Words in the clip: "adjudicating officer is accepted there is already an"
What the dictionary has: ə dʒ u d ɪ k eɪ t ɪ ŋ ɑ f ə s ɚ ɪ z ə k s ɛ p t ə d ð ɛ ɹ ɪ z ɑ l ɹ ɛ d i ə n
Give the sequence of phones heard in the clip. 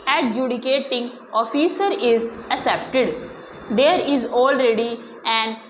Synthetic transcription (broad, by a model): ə dʒ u d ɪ k eɪ t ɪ ŋ ɑ f ə s ɚ ɪ z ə s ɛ p t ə d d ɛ ɹ ɪ z ɑ l ɹ ɛ d i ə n